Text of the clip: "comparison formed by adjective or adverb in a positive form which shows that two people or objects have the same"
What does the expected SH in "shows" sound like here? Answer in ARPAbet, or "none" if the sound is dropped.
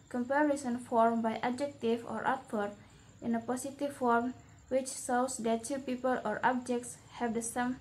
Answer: S